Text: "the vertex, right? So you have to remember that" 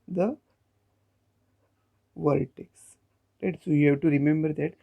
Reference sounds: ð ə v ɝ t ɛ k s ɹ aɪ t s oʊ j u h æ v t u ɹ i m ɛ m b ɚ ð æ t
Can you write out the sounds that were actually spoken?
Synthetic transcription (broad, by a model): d ə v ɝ t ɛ k s l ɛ t s oʊ j u h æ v t u ɹ i m ɛ m b ɚ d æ t